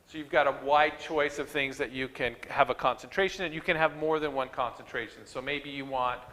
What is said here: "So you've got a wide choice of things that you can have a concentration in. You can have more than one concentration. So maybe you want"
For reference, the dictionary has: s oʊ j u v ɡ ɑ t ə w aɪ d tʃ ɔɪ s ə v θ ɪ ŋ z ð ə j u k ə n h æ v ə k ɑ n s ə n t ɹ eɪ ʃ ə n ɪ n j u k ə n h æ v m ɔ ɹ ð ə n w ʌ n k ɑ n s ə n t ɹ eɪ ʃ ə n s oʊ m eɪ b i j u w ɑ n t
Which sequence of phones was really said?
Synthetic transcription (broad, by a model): s oʊ j u v ɡ ɑ t ə w aɪ d tʃ ɔɪ s ə v θ ɪ ŋ z ð ə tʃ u k ə n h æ v ə k ɑ n s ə n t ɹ eɪ ʃ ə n ɪ n j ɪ k ə n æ v m ɔ ɹ ð ə n w ʌ n k ɑ n s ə n t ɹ eɪ ʃ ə n s oʊ m eɪ b i j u w ɑ n t